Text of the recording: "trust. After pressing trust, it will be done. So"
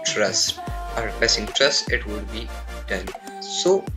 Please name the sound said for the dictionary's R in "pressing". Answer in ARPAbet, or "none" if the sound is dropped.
none